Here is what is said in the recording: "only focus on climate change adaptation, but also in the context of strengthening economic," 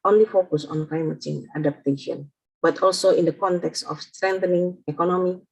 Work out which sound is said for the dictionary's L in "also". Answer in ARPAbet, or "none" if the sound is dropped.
L